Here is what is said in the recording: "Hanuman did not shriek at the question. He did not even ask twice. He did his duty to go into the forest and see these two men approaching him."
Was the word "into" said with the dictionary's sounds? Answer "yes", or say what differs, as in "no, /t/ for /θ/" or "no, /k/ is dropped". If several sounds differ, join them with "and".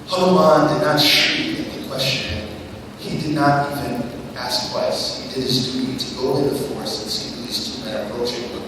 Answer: no, /n/ is dropped